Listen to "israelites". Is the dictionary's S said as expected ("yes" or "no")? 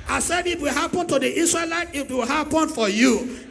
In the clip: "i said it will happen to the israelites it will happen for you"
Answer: no